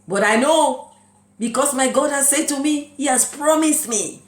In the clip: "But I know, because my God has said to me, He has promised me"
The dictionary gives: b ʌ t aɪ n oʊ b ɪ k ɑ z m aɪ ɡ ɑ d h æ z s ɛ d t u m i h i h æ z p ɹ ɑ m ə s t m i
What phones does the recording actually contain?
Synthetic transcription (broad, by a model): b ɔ t aɪ n oʊ b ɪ k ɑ s m aɪ ɡ ɑ d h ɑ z s ɛ d t u m i h i h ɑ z p ɹ ɑ m ə s t m i